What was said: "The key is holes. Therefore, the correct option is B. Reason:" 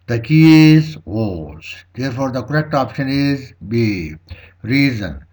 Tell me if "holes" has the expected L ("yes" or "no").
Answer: no